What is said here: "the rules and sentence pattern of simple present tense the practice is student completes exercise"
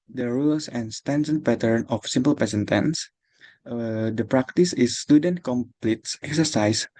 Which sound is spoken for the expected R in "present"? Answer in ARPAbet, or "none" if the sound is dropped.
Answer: none